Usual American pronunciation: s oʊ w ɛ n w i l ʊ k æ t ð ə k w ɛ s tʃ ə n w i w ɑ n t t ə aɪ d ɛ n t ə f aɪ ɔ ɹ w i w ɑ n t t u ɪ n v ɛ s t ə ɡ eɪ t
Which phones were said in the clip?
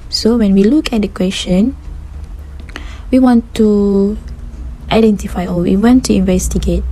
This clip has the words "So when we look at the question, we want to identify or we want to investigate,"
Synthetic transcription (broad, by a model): s oʊ w ɛ n w i l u k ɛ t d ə k w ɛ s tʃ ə n w i w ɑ n t t aɪ d ɛ n t ə f aɪ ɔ l w i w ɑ n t t u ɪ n v ɛ s t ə ɡ eɪ t